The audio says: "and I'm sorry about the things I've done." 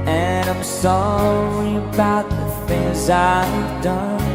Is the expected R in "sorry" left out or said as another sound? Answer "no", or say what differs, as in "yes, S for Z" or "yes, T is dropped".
yes, R is dropped